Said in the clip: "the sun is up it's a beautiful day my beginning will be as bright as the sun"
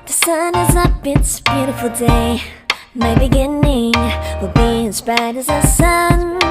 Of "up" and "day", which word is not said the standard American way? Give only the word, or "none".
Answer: up